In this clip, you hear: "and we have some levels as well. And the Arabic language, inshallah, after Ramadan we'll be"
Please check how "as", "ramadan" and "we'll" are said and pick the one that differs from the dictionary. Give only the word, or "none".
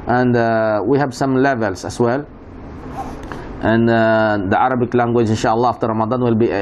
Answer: as